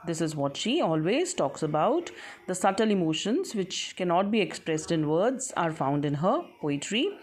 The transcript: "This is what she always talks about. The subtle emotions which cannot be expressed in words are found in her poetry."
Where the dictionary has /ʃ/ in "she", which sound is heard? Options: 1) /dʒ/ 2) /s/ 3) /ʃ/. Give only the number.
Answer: 3